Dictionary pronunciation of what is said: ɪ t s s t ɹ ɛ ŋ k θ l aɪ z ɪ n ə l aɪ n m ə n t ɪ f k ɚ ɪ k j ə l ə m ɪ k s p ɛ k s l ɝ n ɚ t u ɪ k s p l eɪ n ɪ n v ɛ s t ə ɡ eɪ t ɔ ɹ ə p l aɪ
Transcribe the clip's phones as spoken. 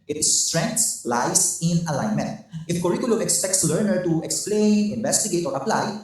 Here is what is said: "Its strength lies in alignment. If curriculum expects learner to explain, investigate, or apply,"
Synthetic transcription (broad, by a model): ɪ t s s t ɹ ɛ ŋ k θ l aɪ s ɪ n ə l aɪ n m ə n t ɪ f k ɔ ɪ k j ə l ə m ɪ k s p ɛ k s l ɝ n ɚ t u ɪ k s p l eɪ n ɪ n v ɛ s t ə ɡ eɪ t ɔ ɹ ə p l aɪ